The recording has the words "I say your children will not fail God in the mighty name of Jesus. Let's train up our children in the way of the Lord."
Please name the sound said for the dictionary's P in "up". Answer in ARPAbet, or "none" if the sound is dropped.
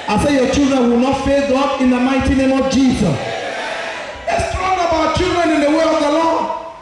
B